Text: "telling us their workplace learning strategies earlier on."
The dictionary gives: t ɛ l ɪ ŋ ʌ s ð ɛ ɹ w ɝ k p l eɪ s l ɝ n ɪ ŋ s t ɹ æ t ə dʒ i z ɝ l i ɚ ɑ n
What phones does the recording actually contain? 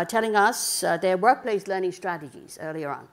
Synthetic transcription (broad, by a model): t ɛ l ɪ ŋ ʌ s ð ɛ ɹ w ɝ k p l eɪ s l ɝ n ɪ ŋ s t ɹ æ t ə dʒ i z ɝ l i ɚ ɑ n